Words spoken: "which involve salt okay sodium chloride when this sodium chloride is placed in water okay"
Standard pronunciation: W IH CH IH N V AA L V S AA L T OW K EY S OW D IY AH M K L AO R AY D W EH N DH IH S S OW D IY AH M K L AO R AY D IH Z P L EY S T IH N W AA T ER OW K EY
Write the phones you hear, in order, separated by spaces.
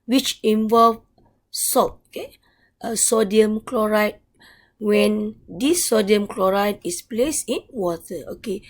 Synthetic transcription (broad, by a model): W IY CH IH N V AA L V S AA T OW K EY S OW D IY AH M K L AO R AY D W EH N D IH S S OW D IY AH M K L AO R AY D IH S P L EY S IH N W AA T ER OW K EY